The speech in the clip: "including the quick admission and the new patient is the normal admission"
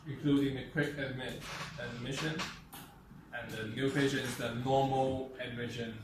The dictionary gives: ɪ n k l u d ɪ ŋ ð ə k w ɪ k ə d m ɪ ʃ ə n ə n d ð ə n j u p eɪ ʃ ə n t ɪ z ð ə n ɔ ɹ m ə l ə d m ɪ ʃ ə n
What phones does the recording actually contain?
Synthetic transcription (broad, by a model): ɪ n k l u d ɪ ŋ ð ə k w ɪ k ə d m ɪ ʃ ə n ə n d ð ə n j u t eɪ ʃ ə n ɪ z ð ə n ɔ m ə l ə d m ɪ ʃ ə n